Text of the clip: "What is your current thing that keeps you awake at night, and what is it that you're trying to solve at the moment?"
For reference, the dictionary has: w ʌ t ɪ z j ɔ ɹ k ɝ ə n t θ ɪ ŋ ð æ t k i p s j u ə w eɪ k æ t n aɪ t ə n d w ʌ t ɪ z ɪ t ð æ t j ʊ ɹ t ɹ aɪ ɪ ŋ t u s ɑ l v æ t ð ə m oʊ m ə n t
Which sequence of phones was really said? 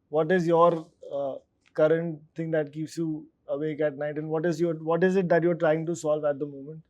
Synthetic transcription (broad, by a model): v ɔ t ɪ z j ɔ ɹ k ɝ ə n t t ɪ ŋ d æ t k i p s j u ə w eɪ k æ t n aɪ t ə n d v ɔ t ɪ z ɪ t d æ t j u ɹ t ɹ aɪ ɪ ŋ t u s ɑ l v æ t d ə m oʊ m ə n t